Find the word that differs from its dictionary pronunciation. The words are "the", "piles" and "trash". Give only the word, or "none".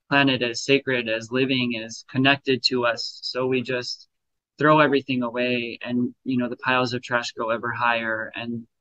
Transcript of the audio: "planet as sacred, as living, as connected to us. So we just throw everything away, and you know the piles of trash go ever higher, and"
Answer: none